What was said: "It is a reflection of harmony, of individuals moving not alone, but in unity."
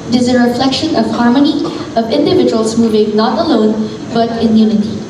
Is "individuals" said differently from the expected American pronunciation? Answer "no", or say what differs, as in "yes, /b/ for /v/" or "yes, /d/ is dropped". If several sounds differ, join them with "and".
no